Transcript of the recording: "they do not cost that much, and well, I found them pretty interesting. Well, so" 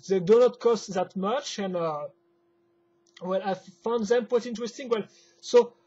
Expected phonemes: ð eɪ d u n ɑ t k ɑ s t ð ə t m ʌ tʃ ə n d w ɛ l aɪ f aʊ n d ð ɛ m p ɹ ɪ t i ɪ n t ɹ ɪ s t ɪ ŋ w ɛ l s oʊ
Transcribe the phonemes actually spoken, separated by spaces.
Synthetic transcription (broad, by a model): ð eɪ d u n ɑ t k ɑ s t ð ə t m ʌ tʃ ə n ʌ w ɛ l aɪ f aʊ n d ð ɛ m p w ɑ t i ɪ n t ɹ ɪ s t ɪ ŋ w ɛ l s oʊ